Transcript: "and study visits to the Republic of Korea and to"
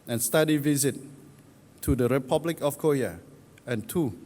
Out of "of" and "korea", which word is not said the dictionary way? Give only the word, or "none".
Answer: of